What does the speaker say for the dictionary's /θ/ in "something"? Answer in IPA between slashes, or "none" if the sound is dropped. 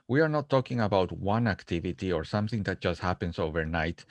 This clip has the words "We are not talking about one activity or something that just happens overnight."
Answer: /θ/